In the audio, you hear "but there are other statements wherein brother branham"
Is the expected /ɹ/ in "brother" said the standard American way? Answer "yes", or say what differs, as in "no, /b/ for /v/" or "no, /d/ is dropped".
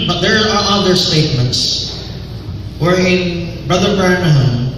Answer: yes